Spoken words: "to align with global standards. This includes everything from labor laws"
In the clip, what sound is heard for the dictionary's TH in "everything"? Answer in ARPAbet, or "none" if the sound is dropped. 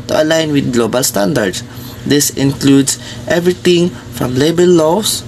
T